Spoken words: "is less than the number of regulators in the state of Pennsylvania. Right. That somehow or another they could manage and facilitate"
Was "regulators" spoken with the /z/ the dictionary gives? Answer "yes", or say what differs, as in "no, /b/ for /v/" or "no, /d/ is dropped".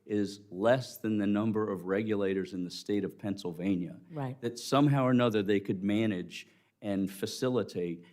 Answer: yes